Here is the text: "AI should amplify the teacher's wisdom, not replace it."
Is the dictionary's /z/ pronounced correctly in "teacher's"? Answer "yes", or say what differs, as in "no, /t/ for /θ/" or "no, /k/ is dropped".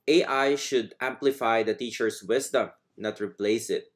no, /s/ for /z/